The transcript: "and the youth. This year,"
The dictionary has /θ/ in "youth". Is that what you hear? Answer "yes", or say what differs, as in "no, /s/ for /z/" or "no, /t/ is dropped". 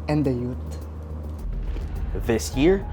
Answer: no, /t/ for /θ/